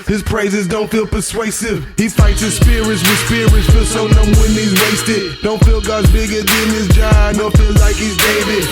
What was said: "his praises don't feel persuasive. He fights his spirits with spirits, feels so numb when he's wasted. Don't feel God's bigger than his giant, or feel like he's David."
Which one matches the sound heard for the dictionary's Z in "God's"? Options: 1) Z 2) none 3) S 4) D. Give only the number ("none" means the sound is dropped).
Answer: 1